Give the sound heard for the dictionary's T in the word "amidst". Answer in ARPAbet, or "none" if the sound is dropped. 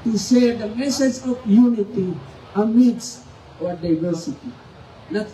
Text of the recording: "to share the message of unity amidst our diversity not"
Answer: none